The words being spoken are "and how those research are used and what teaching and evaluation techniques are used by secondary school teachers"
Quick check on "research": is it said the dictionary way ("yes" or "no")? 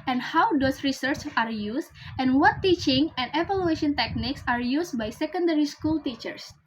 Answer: yes